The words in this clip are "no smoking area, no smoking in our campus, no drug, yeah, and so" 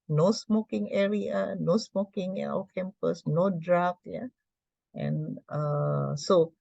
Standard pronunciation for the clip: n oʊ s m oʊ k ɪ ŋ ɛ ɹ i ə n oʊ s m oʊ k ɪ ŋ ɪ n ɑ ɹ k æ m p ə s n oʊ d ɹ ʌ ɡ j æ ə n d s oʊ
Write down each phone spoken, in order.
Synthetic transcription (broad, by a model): n oʊ s m oʊ k ɪ ŋ ɛ ɹ i ə n oʊ s m oʊ k ɪ ŋ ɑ w k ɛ m p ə s n oʊ d ɹ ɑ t j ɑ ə n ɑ s oʊ